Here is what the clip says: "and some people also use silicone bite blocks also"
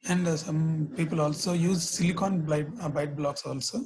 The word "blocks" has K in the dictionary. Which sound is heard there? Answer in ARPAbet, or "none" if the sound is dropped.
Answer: K